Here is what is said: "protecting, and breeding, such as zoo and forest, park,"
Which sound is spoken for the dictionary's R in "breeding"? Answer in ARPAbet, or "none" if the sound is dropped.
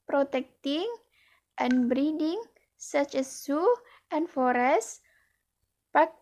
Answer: R